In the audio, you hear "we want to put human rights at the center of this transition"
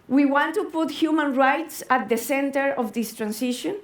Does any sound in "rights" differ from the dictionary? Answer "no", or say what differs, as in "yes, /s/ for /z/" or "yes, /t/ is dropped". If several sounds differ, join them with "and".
no